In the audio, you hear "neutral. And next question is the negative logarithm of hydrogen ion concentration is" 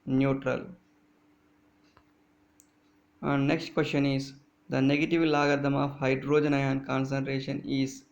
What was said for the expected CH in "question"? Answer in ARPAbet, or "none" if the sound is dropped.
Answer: SH